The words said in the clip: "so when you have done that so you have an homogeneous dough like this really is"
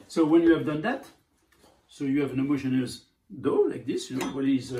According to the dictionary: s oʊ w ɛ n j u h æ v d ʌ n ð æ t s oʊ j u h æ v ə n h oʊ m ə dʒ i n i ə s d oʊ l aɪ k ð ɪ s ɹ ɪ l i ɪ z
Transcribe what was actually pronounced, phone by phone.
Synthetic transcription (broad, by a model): s oʊ w ɛ n j u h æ v d ʌ n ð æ t s oʊ j u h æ v ə n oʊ m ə ʃ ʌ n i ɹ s d oʊ l aɪ k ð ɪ s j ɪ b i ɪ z